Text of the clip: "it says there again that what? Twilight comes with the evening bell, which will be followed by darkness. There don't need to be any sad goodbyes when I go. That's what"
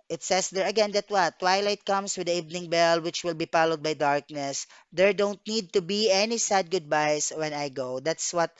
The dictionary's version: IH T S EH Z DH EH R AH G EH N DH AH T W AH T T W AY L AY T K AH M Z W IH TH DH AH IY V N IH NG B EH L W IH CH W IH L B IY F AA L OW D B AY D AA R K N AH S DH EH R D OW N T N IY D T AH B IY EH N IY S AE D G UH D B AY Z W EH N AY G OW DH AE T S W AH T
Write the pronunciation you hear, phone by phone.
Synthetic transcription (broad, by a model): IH T S EH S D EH R AH G EH N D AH T W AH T T W AY L AY T K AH M S W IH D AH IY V N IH NG B EH L W IH CH W IH L B IY P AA L OW D B AY D AA R K N AH S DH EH R D OW N T N IY D T AH B IY EH N IY S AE D G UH D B AY S W EH N AY G OW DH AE T S W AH T